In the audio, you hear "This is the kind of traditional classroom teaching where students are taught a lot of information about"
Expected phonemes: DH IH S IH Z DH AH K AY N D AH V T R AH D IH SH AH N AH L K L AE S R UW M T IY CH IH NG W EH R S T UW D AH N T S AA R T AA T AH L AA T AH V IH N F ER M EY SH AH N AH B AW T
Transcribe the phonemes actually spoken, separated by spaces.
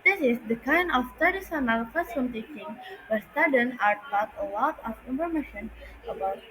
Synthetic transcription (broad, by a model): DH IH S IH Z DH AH K AY N D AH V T AH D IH S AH N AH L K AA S UW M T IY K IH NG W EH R S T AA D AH N AA R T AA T AH L AA T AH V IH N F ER M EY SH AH N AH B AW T